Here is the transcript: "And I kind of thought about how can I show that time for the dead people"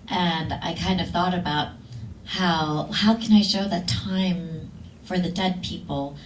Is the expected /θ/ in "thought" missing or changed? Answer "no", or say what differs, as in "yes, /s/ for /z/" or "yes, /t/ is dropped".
no